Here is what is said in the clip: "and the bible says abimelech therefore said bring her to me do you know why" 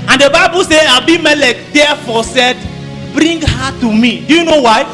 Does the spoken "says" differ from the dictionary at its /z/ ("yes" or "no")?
yes